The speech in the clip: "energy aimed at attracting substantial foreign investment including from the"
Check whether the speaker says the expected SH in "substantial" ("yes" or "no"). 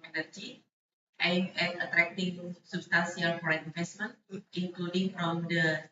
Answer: no